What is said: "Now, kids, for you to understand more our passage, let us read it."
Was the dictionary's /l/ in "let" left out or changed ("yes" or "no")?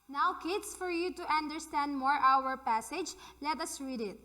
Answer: no